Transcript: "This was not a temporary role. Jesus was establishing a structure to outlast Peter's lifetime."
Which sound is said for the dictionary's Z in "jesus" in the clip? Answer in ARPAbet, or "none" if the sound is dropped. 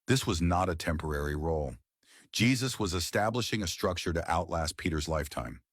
Z